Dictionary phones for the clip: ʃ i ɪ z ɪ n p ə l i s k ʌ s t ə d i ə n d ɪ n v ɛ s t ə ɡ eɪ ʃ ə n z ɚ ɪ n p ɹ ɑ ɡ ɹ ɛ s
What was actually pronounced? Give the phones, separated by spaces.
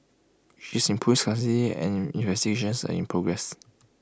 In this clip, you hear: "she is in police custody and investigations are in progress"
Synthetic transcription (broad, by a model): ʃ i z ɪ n p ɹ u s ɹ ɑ t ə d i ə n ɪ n v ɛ s t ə ɡ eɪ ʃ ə n s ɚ ɪ n p ɹ ɑ ɡ ɹ ɛ s